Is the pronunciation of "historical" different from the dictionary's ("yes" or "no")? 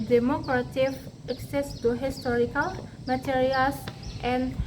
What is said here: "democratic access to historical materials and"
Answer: no